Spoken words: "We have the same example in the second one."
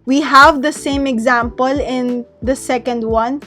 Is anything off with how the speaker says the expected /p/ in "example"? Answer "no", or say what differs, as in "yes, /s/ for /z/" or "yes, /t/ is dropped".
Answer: no